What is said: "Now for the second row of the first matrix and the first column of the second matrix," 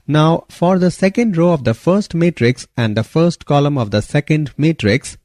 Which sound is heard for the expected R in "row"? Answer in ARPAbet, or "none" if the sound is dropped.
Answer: R